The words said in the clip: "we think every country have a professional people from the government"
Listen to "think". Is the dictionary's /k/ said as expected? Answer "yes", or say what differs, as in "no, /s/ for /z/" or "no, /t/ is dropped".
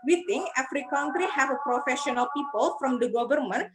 no, /k/ is dropped